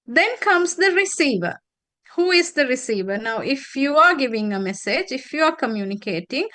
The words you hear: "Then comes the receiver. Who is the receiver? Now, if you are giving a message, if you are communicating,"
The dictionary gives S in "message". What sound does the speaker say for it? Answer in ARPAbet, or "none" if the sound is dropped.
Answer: S